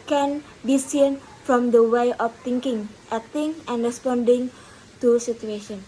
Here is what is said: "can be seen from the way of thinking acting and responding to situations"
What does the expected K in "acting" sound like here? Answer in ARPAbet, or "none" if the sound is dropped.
none